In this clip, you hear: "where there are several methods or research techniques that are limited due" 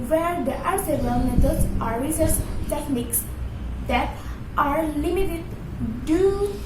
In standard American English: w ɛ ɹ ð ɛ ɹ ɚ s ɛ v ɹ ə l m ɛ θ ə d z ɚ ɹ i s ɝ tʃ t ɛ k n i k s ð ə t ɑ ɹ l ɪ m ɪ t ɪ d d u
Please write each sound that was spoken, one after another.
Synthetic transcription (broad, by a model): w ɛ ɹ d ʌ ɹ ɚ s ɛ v ə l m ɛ t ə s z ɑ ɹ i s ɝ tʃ t ɛ k n i k s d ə t ɑ ɹ l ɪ m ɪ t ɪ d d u